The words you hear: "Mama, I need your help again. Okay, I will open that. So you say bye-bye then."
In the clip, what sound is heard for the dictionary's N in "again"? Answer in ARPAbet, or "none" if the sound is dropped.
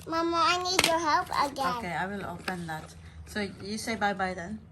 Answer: none